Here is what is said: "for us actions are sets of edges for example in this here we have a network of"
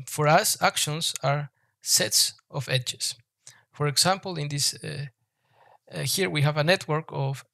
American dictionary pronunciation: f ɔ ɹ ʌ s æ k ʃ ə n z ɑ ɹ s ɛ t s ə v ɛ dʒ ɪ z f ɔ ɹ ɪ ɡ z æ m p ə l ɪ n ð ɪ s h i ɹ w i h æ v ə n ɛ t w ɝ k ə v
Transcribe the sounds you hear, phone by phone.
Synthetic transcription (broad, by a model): f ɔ ɹ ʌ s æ k ʃ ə n s ɑ ɹ s ɛ t s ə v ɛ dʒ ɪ s f ɔ ɹ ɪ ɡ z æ m p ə l ɪ n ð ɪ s h i ɹ w i h æ v ə n ɛ t w ɝ k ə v